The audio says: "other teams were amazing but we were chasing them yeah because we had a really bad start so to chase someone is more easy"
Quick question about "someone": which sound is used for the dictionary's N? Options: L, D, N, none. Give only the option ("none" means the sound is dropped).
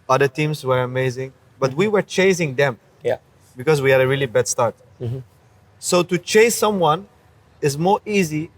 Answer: N